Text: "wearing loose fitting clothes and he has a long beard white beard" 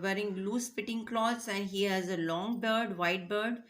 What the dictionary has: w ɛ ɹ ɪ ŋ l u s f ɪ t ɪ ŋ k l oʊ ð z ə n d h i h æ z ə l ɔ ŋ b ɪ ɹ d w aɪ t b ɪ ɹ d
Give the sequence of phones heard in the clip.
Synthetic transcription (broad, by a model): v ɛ ɹ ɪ ŋ l u s p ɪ t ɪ ŋ k l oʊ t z ə n d h i h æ z ə l ɔ ŋ b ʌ ɹ d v aɪ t b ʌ ɹ d